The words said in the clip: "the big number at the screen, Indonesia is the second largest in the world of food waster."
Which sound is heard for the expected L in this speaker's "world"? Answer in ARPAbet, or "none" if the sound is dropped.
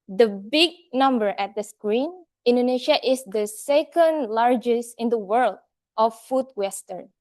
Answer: L